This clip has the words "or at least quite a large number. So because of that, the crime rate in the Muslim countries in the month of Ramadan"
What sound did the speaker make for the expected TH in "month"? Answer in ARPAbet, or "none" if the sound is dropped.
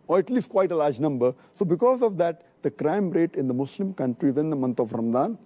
T